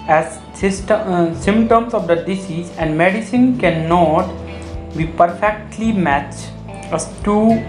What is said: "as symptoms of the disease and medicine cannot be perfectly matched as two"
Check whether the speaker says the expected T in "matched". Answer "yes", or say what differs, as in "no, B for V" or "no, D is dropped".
no, T is dropped